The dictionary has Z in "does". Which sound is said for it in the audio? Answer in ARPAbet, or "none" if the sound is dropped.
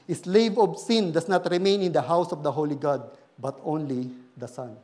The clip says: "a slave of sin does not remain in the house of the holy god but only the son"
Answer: S